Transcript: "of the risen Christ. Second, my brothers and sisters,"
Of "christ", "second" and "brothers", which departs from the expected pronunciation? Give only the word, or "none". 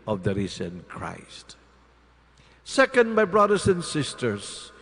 brothers